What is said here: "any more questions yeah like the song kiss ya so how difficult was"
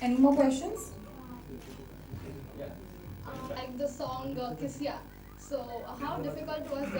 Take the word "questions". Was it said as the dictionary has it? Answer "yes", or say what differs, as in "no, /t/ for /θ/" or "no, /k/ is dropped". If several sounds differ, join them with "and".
no, /ʃ/ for /tʃ/